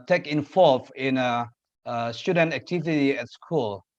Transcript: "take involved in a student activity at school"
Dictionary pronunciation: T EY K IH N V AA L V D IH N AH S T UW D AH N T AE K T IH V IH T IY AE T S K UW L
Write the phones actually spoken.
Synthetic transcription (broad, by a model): T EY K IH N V AA L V IH N AH S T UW D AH N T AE K T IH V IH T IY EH T S K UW L